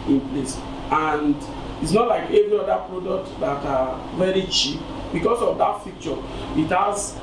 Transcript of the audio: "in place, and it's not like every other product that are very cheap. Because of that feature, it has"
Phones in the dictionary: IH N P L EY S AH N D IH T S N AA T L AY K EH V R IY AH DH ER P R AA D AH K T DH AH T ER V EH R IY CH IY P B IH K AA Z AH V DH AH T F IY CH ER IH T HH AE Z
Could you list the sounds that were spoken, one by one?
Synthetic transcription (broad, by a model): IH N P L EY S AH N D IH T S N AA T L AY K EH V R IY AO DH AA P R AA D AH K T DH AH T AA V EH R IY CH IY P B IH K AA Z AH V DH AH T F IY CH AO IH T HH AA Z